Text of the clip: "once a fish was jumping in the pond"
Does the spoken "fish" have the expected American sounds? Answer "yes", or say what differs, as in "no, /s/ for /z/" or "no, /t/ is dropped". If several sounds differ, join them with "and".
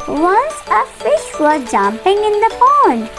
yes